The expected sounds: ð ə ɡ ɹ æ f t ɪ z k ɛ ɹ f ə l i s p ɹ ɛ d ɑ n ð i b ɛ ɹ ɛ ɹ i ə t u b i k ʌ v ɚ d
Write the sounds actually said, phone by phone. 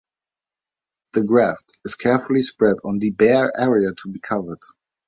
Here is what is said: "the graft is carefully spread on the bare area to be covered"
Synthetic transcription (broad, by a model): ð ə ɡ ɹ æ f t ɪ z k ɛ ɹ f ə l i s p ɹ ɛ d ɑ n ð i b ɛ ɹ ɛ ɹ i ə t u b i k ʌ v ɚ d